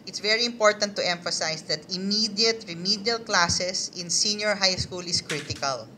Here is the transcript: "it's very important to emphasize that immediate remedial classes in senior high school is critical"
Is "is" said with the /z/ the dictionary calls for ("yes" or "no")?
no